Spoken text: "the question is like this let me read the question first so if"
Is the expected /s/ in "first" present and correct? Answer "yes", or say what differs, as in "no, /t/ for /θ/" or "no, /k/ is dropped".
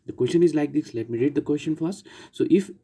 no, /s/ is dropped